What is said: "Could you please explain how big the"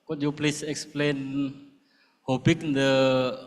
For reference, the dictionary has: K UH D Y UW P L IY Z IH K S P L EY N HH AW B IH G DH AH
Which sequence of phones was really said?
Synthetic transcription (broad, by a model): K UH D Y UW P L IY S IH K S P L EY N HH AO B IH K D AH